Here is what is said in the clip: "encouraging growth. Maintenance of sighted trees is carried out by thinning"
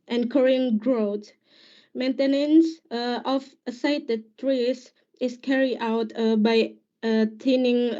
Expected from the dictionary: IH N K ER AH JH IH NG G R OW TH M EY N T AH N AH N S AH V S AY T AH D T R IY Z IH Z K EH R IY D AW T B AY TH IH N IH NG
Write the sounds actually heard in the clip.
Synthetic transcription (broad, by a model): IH N K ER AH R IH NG G R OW T M EY N T AH N AH N S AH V S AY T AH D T R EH S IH S K EH R IY D AW T B AY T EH N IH NG